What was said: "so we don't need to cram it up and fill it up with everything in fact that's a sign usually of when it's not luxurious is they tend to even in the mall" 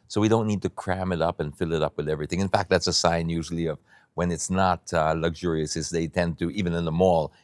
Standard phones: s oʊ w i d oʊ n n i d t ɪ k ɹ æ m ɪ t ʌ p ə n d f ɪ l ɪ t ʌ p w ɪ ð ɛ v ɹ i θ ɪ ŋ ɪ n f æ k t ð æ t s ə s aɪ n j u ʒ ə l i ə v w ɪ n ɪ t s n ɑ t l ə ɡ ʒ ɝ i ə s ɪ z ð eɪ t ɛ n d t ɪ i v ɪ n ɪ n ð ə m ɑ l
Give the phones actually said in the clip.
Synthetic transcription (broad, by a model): s oʊ w i d oʊ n n i d t ɪ k ɹ æ m ɪ t ʌ p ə n f ɪ l ɪ t ʌ p w ɪ ð ɛ v ɹ i θ ɪ ŋ ɪ n f æ k t ð æ t s ə s aɪ n j u ʒ l i ə v w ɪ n ɪ t s n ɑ t l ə ɡ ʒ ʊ i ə s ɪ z ð eɪ t ɛ n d t ɪ i v ɪ n ɪ n ð ə m ɑ l